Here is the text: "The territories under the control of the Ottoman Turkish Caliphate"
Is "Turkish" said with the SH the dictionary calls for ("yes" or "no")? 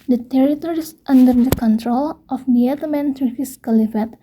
no